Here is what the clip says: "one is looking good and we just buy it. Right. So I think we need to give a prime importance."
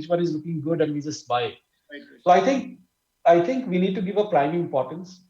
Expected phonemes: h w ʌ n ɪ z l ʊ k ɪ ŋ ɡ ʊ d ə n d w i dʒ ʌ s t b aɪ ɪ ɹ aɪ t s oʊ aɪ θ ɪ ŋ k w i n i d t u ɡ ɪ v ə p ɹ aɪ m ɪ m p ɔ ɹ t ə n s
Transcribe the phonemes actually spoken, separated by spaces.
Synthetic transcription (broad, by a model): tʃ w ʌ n ɪ z l ʊ k ɪ ŋ ɡ ʊ d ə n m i z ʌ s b aɪ ɪ aɪ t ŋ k aɪ t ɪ ŋ k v i n i d t u ɡ ɪ v ə p ɹ aɪ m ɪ m p ɔ ɹ t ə n s